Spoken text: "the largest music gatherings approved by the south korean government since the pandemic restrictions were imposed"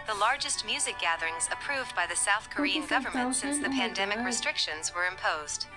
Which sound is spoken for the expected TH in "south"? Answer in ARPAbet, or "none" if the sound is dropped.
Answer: TH